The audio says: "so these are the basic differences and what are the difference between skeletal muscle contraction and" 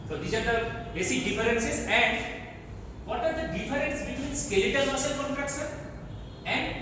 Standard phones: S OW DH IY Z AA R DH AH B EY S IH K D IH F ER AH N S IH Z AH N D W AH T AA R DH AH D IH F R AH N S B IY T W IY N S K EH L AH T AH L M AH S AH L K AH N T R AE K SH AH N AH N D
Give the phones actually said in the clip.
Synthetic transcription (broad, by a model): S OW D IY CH AA R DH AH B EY S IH D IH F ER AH N S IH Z AH N D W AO T AA R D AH D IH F R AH N S B IY T W IY N S K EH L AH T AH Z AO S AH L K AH N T R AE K S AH AH N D